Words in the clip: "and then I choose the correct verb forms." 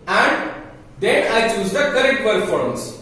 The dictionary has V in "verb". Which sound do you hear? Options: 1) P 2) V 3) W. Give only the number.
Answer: 1